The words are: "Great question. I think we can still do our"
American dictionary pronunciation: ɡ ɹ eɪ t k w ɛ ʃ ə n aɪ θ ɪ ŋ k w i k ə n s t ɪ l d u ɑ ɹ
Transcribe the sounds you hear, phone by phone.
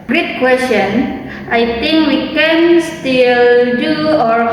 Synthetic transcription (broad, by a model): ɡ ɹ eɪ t k w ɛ s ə n aɪ t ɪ ŋ k w i k ə n s t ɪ l d u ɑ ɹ